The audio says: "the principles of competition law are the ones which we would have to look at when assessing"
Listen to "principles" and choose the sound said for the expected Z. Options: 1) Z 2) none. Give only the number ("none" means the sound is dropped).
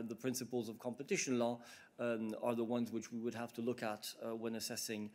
1